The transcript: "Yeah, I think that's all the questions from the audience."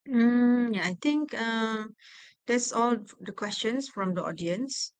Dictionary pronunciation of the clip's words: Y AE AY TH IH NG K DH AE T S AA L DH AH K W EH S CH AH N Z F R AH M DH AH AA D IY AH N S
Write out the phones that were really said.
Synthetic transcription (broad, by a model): Y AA AY T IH NG K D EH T S AA L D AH K W EH S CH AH N S F R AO M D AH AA D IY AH N S